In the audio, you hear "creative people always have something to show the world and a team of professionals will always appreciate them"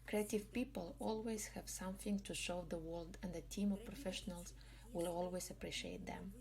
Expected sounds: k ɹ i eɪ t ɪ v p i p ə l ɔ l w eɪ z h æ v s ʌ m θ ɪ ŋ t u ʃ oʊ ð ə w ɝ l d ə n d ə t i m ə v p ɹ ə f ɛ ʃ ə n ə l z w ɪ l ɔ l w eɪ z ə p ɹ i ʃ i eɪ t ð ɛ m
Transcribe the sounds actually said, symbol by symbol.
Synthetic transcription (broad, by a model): k ɹ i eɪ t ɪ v p i p ə l ɔ l w eɪ z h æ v s ʌ m θ ɪ ŋ t u ʃ oʊ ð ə w ɝ l d ə n d ə t i m ə v p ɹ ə f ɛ ʃ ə n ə l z w ɪ l ɔ l w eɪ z ə p ɹ i ʃ i eɪ t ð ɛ m